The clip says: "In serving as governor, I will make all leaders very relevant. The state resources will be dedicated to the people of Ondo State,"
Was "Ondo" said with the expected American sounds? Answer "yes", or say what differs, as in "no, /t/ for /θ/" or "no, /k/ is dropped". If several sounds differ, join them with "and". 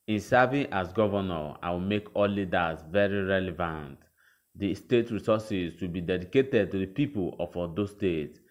no, /n/ is dropped